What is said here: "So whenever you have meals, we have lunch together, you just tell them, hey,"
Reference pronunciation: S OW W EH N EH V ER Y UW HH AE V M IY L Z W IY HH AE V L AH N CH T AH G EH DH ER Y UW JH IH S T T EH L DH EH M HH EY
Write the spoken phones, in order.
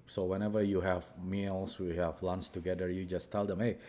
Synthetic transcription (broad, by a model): S OW W EH N EH V ER Y UW HH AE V M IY L S W IY HH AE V L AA N S T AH G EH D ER Y UW JH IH S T T EH L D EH M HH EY